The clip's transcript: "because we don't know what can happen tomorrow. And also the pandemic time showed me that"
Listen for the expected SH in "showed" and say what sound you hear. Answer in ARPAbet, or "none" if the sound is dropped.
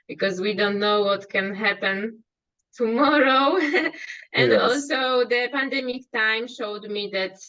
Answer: SH